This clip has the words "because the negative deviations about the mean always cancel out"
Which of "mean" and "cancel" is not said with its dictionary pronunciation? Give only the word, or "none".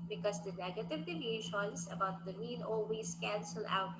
mean